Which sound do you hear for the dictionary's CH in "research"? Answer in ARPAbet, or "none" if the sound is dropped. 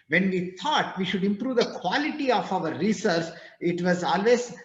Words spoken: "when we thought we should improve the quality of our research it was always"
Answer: S